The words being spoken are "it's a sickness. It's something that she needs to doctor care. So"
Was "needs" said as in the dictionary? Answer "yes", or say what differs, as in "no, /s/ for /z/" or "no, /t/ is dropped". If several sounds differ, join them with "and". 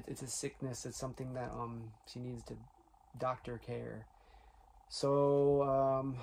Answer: yes